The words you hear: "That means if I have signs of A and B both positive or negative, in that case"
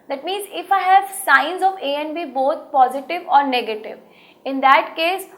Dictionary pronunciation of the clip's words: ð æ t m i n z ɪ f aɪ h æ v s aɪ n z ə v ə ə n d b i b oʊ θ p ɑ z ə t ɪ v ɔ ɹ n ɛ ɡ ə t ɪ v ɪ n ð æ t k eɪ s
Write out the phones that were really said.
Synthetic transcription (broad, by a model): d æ t m i n z ɪ f aɪ h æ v s aɪ n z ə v ə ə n b i b oʊ t p ɑ z ə t ɪ v ɔ ɹ n ɛ ɡ ə t ɪ v ɪ n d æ t k eɪ s